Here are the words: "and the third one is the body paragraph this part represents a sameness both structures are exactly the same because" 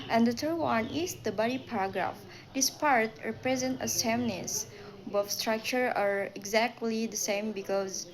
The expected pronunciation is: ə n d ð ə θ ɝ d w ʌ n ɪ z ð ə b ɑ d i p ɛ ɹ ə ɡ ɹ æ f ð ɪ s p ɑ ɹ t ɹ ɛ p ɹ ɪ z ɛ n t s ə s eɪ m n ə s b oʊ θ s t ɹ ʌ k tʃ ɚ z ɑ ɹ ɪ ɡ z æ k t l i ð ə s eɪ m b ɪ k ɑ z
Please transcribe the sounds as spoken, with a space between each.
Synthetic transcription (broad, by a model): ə n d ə t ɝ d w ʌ n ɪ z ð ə b ɑ d i p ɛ ɹ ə ɡ ɹ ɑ f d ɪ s p ɑ ɹ t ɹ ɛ p ɹ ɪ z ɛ n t ə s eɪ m n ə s b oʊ f s t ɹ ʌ k tʃ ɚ ɑ ɹ ɪ ɡ z æ k t l i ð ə s eɪ m b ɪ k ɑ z